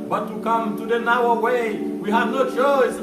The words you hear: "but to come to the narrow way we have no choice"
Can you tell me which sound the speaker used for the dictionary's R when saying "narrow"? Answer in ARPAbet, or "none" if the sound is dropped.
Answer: W